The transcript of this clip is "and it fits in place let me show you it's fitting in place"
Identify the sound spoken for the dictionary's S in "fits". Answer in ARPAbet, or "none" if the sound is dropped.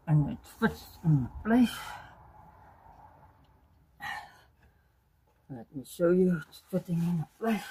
none